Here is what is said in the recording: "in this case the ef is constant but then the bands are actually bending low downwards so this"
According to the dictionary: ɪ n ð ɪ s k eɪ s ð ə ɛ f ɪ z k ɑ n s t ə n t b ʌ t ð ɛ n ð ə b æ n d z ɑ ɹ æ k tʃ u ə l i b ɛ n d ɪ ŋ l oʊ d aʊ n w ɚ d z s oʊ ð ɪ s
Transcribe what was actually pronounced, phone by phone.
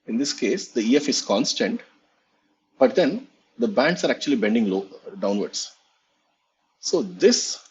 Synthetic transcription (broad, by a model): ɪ n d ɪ s k eɪ s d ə ɛ f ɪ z k ɑ n s t ə n t b ʌ t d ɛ n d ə b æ n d s ɑ ɹ æ k tʃ u ə l i b ɛ n d ɪ ŋ l oʊ d aʊ n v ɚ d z s oʊ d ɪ s